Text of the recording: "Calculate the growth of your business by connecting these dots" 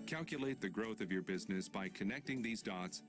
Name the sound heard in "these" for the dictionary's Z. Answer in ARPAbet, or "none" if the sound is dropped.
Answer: Z